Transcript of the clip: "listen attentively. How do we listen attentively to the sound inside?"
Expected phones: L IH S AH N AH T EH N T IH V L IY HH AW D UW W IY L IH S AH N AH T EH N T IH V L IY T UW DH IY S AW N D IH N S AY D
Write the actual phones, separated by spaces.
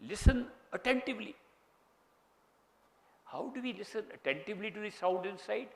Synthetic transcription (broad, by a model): L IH S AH N AH T EH N T IH V L IY HH AW D UW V IY L IH S AH N AH T EH N T IH V L IY T UW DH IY S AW D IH N S AY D